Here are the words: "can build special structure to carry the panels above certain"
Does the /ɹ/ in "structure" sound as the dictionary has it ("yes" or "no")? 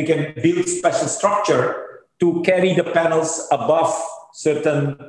yes